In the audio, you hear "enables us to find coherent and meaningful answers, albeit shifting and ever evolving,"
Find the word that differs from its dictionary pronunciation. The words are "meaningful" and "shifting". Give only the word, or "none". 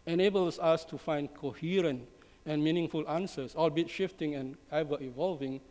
none